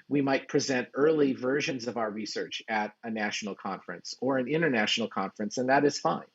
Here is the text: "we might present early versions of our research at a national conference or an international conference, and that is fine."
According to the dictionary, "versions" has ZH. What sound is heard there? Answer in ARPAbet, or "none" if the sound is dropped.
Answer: ZH